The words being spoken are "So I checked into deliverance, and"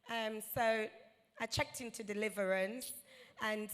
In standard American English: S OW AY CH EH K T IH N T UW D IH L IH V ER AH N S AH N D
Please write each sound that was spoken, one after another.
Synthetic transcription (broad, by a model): S OW AY CH EH K T IH N T UW D IH L IH V ER AH N S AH N